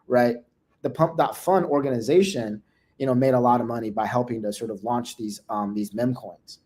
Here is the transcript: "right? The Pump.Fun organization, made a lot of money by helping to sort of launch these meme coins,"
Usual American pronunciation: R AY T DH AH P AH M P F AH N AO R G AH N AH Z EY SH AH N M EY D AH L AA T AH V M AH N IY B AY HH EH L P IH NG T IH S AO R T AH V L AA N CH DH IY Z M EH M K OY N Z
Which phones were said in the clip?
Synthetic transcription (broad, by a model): R AY T DH AH P AH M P F AH N AO R G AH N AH Z EY SH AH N M EY D AH L AA T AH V M AH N IY B AY HH EH L P IH NG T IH S AO R T AH V L AA N CH DH IY Z M EH M K OY N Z